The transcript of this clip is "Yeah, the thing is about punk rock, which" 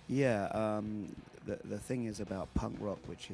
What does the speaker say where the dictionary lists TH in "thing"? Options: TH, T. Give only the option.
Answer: TH